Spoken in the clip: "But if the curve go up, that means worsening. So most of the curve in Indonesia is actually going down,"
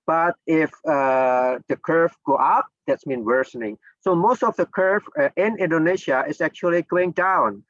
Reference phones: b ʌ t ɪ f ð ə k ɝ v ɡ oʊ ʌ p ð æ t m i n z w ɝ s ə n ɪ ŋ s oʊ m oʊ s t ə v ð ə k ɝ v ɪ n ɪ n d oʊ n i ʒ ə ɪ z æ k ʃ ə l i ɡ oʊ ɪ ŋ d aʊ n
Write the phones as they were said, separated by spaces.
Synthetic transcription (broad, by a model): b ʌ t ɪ f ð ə k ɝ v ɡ oʊ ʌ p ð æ t m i n w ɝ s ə n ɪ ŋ s oʊ m oʊ s t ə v ð ə k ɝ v ɪ n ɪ n d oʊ n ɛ ʃ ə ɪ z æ k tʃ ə l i ɡ oʊ ɪ ŋ d aʊ n